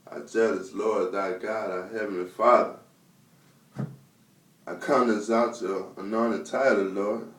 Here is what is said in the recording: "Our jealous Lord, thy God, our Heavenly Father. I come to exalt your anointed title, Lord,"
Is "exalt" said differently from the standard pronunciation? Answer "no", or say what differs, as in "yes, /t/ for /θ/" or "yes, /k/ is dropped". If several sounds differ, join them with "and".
yes, /l/ is dropped